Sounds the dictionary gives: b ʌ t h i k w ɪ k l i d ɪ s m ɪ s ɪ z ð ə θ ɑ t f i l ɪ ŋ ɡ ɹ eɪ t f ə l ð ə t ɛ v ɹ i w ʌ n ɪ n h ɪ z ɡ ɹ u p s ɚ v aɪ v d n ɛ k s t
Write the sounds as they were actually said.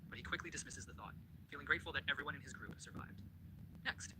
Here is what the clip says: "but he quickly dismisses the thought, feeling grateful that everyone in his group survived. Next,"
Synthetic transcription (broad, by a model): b ʌ t h i k w ɪ k l i d ɪ s m ɪ s ɪ z ð ə θ ɑ t f i l ɪ ŋ ɡ ɹ eɪ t f l ð ə t ɛ v ɹ i w ʌ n ɪ n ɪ z ɡ ɹ u p s ɚ v aɪ v d n ɛ k s t